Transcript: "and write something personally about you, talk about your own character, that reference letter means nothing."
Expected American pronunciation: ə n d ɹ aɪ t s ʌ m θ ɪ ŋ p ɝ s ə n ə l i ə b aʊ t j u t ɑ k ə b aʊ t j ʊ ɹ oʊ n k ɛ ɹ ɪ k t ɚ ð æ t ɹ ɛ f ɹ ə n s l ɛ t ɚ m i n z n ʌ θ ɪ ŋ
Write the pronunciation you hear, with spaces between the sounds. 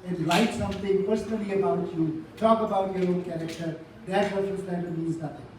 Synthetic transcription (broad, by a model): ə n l aɪ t s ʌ m t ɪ ŋ p ɝ s ə n ə l i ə b aʊ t j u t ɑ k ə b aʊ t j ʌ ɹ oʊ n k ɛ ɹ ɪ k t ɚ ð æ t w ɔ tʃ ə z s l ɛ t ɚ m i z n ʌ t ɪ ŋ